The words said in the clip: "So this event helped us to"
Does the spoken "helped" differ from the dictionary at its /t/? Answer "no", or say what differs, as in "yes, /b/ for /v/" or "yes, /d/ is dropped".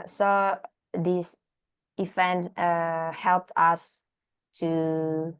no